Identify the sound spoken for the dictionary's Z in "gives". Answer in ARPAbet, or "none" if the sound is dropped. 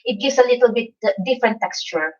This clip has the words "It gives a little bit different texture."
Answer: S